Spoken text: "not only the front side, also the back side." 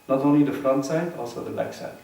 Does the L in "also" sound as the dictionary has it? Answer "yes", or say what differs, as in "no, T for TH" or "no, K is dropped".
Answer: yes